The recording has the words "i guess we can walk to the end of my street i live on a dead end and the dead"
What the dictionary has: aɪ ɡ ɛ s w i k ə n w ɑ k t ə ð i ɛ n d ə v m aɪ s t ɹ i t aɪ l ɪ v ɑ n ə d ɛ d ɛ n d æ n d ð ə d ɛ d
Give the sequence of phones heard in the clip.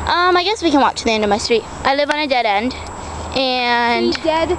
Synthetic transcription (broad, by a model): aɪ ɡ ɛ s w i k ə n w ɑ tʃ ð i ɛ n d ə v m aɪ s t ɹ i t aɪ l ɪ v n ə d ɛ d ɛ n d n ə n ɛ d